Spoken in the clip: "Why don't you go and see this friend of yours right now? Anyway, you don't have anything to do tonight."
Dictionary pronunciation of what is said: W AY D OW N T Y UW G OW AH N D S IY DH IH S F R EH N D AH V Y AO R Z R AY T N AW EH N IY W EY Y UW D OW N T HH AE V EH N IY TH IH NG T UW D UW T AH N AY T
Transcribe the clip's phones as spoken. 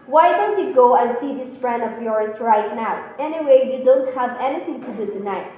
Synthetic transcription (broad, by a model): W AY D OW N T Y UW G OW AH N S IY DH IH S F R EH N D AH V Y AO R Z R AY T N AW EH N IY W EY Y UW D OW N T HH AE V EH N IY T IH NG T UW D UW T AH N AY T